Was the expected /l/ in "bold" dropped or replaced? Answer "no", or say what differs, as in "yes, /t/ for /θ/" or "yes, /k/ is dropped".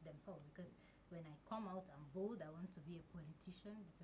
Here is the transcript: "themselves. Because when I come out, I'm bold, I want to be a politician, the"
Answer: yes, /l/ is dropped